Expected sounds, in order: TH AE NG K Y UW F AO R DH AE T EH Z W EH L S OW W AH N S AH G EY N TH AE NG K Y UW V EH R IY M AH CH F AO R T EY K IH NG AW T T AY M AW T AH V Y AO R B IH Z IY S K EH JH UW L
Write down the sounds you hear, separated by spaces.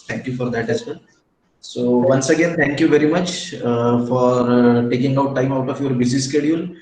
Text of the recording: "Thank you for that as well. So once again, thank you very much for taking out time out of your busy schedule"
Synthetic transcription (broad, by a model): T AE NG K Y UW F AO R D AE T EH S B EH N S OW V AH N S AH G EY N T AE NG K Y UW V EH R IY M AH CH F AO R T EY K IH NG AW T T AY M AW T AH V Y AO R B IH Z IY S K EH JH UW L